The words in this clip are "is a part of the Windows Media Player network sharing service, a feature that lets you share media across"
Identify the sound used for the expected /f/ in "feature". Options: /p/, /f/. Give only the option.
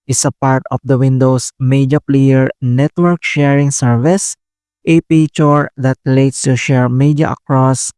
/p/